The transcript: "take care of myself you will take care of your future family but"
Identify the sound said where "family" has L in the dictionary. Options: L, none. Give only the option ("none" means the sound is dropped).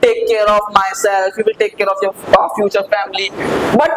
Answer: L